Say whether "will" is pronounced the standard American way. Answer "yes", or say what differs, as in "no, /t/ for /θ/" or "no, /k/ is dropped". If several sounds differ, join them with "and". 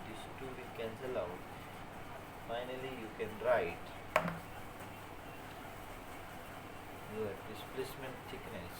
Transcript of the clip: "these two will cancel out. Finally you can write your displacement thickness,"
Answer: no, /n/ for /l/